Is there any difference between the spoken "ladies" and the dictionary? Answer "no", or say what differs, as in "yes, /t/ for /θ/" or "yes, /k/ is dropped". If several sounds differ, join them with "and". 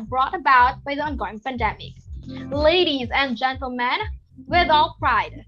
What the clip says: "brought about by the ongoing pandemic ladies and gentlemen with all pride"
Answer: no